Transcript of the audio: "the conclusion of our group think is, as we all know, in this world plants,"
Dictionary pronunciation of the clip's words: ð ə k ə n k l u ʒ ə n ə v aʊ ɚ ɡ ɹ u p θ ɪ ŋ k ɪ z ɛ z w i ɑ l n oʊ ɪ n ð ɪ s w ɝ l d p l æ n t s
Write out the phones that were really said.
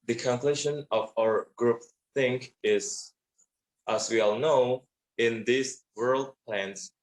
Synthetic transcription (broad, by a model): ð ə k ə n k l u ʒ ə n ə v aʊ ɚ ɡ ɹ u p θ ɪ ŋ k ɪ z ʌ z w i ɑ l n oʊ ɪ n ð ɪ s w ɝ l d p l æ n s